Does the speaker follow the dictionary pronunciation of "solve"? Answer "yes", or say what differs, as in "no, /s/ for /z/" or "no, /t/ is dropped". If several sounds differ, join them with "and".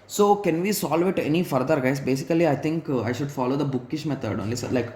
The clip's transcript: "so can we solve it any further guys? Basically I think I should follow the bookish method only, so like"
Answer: yes